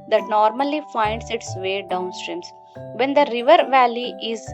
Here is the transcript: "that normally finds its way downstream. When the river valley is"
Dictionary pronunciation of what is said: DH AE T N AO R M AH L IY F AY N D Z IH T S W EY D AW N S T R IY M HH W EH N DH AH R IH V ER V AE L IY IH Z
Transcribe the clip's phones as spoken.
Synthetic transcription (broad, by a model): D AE T N AO R M AH L IY F AY N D S IH T S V EY D AW N S T R IY M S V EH N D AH R IH V ER V AE L IY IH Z